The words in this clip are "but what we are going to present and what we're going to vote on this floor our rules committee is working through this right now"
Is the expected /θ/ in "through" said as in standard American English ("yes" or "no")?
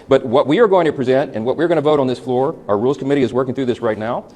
yes